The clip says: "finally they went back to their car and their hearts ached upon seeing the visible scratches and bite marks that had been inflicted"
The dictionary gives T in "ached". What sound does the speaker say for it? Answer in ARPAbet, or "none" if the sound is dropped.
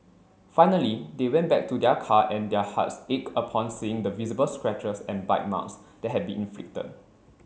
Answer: none